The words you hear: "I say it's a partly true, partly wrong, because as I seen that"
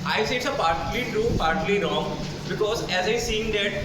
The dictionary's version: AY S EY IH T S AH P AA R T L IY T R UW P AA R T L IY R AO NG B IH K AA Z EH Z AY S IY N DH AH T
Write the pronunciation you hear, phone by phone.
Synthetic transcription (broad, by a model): AY S EY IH T S AH P AA R T L IY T UW P AA R T L IY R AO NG B IH K AA Z EH Z AY S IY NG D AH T